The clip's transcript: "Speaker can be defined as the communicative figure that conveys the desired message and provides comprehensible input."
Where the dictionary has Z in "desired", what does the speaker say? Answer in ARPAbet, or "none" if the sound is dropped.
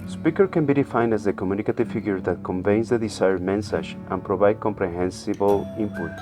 S